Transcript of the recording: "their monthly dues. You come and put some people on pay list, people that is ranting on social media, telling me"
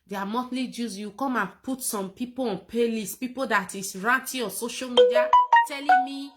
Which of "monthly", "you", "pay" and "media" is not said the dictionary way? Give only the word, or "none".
monthly